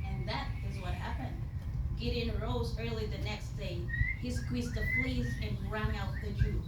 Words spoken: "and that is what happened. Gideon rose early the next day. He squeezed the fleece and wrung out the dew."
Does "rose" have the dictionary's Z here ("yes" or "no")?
yes